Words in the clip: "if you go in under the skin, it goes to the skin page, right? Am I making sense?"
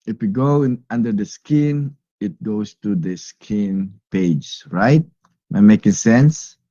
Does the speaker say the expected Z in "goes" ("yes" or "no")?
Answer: no